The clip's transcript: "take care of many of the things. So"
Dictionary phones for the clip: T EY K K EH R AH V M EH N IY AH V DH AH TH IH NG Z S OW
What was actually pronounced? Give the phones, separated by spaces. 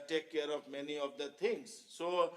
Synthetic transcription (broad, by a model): T EY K K EH R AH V M EH N IY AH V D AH T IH NG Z S OW